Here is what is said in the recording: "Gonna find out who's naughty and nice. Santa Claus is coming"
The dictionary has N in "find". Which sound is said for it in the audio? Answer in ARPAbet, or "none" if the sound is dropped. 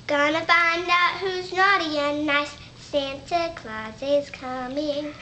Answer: N